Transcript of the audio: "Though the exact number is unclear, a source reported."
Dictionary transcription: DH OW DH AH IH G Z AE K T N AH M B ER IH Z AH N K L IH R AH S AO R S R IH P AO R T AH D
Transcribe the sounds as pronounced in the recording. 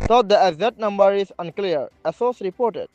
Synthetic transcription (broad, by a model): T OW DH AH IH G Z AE T N AH M B ER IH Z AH N K L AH R AH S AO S R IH P AO R T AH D